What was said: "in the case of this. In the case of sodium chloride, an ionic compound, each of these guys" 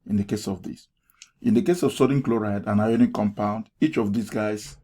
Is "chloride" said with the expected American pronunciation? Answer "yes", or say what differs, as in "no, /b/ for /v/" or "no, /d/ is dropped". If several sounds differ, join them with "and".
yes